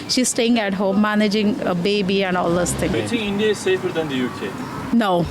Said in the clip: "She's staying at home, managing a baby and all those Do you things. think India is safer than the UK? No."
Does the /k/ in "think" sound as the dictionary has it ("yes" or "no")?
no